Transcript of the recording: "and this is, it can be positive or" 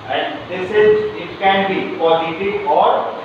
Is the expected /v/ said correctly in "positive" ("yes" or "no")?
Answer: no